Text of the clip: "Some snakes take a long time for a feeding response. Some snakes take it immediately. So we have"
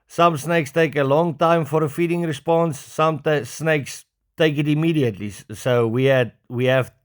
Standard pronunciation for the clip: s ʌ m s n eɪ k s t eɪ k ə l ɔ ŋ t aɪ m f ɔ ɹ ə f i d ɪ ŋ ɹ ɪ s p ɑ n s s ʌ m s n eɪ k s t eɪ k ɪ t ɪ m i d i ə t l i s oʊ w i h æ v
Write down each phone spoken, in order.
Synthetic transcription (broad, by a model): s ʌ m s n eɪ k s t eɪ k ə l ɔ ŋ t aɪ m f ɔ ɹ ə f i d ɪ ŋ ɹ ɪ s p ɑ n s s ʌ m s n eɪ k s t eɪ k ɪ t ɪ m i d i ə t l i s oʊ w i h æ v